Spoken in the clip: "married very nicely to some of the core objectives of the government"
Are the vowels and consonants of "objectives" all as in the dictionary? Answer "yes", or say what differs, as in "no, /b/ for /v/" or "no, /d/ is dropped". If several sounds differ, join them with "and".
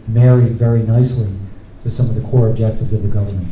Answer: yes